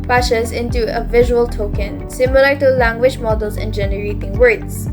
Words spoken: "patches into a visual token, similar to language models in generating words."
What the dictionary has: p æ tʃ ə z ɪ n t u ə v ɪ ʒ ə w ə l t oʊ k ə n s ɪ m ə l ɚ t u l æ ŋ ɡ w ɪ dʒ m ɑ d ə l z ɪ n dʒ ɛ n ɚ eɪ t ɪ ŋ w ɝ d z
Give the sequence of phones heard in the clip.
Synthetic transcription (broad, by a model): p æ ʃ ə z ɪ n t u ə v ɪ ʒ ə w ə l t oʊ k ə n s ɪ m ə l ɚ t u l æ ŋ ɡ w ɪ dʒ m ɑ d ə l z ɪ n dʒ ɛ n ɚ eɪ t ɪ ŋ w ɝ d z